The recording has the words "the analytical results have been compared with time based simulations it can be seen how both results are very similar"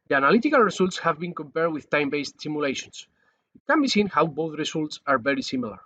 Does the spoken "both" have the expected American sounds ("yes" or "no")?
yes